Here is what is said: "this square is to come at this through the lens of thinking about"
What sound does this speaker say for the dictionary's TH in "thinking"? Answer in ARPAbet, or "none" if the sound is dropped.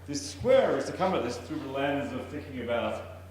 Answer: TH